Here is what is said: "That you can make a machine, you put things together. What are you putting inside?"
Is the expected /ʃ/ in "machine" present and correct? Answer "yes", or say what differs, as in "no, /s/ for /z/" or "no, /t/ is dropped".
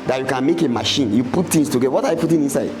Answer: yes